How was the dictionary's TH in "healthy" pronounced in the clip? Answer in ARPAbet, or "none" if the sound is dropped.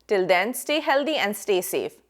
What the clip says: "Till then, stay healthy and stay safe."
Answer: T